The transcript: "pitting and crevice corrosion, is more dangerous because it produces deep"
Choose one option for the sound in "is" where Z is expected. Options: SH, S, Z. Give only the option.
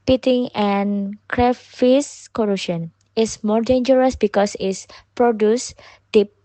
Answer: S